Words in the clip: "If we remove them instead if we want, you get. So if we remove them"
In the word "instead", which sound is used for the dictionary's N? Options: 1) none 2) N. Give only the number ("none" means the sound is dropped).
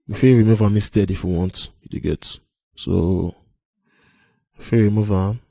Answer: 1